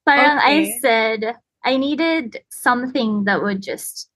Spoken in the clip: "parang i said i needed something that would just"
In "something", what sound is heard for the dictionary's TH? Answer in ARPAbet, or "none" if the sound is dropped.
TH